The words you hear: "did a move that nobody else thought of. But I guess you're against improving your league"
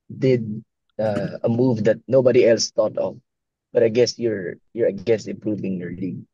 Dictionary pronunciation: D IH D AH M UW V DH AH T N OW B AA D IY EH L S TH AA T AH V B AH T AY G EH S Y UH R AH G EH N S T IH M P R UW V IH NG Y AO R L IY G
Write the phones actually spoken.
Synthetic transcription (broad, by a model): D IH D AH M UW V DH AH T N OW B AA D IY EH L S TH AA T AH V B AH T AY G EH S Y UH R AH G EH S IH M P R UW V IH NG Y AO R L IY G